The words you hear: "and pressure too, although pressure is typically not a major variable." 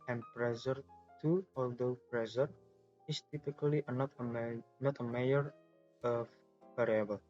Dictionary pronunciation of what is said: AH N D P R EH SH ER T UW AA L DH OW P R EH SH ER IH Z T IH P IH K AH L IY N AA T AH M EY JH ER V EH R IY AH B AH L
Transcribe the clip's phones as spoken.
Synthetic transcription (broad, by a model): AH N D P R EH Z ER T UW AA L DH OW P R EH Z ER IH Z T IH P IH K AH N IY N AA T AH M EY ER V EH R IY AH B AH L